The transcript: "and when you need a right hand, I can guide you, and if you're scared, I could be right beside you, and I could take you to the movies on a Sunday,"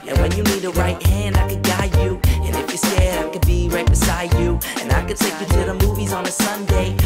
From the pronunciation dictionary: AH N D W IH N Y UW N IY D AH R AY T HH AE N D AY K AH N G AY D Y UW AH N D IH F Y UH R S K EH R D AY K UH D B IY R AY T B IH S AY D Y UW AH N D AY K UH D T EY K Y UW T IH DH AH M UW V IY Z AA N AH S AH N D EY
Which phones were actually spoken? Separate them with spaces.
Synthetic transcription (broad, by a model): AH N W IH N Y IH N IY D AH R AY T HH AE N D AY K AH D G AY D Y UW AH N IH F Y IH S EH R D AY K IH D B IY R AY T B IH S AY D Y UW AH N AY K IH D T EY K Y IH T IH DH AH M UW V IY Z N AH S AH N D EY